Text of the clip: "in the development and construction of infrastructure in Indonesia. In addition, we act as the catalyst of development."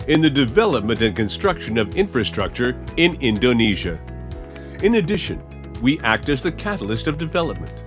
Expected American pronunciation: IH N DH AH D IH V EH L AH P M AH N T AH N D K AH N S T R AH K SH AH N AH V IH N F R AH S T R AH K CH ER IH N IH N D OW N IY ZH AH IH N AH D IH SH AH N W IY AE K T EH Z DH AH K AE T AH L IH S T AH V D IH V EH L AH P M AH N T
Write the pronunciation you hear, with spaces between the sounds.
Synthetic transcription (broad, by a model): IH N DH AH D IH V EH L AH P M AH N T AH N K AH N S T R AH K SH AH N AH V IH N F R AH S T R AH K CH ER IH N IH N D OW N IY ZH AH IH N AH D IH SH AH N W IY AE K T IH Z DH AH K AE T L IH S T AH V D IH V EH L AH P M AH N T